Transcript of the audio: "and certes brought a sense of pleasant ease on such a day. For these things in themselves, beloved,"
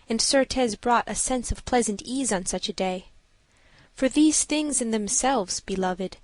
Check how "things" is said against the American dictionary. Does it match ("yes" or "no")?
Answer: yes